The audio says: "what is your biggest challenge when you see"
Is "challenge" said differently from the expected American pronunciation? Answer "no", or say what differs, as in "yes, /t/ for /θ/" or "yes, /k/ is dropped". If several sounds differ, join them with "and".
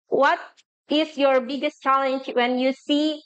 no